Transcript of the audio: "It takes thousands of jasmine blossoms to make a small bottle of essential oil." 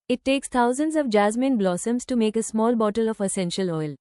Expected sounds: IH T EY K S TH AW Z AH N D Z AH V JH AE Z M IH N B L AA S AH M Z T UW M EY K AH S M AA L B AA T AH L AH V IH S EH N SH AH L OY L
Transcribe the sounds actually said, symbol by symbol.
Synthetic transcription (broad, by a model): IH T EY K S T AW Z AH N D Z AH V JH AE Z M IH N B L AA S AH M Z T UW M EY K AH S M AA L B AA T AH L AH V IH S EH N SH AH L OY L